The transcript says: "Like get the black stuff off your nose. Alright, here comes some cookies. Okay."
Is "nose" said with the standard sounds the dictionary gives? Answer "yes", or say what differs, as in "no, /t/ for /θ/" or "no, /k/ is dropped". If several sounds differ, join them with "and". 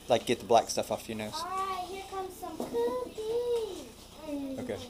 no, /z/ is dropped